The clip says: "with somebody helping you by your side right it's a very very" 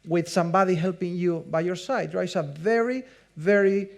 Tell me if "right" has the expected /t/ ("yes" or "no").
no